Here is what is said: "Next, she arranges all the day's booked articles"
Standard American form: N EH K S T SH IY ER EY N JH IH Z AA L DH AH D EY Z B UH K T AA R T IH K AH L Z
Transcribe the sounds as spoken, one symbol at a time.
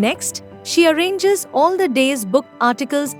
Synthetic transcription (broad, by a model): N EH K S T SH IY ER EY N JH IH Z AA L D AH D EY Z B UH K AA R T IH K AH L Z